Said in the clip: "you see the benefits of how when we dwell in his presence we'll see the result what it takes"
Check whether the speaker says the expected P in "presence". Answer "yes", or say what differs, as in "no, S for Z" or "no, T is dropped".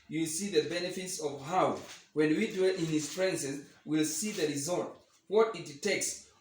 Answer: no, F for P